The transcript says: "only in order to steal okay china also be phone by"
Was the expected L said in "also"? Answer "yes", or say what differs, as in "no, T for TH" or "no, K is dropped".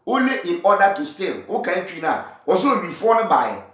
no, L is dropped